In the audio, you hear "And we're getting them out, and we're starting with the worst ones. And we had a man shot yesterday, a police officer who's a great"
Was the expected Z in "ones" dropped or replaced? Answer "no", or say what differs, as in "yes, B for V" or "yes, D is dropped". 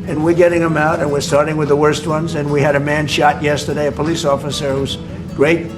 no